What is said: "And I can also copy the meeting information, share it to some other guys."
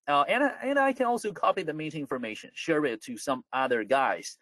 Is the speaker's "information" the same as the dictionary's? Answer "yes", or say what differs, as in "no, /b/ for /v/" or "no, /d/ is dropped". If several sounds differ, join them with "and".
yes